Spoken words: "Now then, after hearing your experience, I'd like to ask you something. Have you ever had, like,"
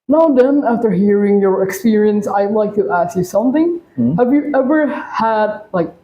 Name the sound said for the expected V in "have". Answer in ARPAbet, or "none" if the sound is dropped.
V